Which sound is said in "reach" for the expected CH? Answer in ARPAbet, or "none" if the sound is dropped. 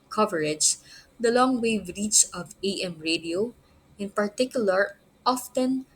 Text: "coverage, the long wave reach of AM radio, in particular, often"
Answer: S